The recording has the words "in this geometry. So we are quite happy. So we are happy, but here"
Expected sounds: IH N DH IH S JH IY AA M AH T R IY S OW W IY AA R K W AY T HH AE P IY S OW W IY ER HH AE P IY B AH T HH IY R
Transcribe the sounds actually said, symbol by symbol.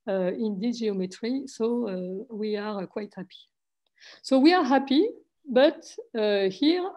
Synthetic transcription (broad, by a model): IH N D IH JH IY AA M AH T R IY S OW W IY AA R K W AY T HH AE P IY S OW W IY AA HH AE P IY B AH T HH IY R